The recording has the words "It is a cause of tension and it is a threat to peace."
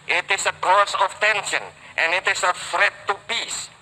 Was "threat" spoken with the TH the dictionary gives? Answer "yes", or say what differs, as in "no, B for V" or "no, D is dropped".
no, F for TH